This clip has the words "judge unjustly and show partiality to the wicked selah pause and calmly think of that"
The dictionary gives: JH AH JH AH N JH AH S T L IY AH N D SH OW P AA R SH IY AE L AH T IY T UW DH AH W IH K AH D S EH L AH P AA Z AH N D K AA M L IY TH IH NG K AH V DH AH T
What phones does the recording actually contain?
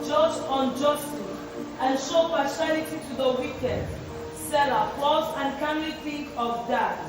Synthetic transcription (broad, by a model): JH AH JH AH N JH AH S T IY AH N SH OW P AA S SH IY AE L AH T IY T UW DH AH W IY K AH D S EH L AH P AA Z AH N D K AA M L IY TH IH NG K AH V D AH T